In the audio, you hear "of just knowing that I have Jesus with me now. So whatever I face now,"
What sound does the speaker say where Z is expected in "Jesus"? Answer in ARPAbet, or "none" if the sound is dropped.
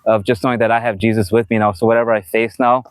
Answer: Z